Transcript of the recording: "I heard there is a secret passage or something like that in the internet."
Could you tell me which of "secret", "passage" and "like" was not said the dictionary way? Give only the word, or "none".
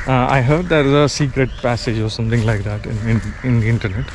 none